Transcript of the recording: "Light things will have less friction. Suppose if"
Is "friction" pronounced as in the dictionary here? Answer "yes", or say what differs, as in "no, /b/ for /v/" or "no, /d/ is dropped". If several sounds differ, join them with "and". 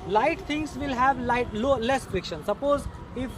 yes